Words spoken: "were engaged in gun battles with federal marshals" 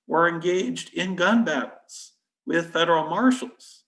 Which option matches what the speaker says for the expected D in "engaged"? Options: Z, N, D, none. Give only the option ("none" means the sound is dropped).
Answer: D